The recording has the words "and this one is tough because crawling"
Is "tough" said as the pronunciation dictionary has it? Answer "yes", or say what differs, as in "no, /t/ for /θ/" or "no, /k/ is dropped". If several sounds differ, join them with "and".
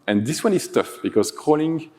yes